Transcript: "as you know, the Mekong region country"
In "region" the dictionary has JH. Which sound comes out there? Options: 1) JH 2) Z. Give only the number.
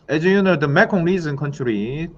2